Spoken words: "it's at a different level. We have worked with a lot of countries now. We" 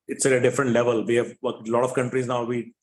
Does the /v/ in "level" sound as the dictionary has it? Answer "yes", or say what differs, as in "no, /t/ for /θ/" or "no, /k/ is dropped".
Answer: yes